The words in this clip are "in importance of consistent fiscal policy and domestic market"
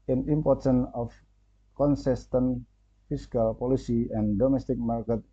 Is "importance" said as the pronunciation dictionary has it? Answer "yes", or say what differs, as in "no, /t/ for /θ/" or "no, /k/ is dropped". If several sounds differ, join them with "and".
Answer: no, /s/ is dropped